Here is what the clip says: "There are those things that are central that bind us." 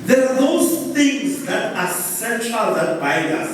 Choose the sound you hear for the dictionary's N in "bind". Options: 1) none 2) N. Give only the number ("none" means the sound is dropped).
1